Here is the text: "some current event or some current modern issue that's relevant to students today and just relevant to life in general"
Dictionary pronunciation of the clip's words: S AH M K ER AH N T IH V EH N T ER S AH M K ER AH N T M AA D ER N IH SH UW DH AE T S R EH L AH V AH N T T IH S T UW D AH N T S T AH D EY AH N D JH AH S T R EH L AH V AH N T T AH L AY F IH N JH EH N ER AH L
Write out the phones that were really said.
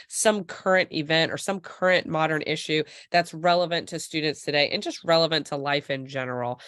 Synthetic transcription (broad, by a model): S AH M K ER AH N T IH V EH N T ER S AH M K ER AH N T M AA D ER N IH SH UW DH AE T S R EH L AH V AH N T T IH S T UW D N T S T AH D EY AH N JH AH S T R EH L AH V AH N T T AH L AY F IH N JH EH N ER L